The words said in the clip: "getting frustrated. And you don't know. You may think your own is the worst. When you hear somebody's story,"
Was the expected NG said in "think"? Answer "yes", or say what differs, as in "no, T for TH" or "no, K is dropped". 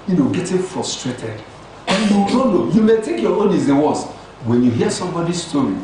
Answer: no, NG is dropped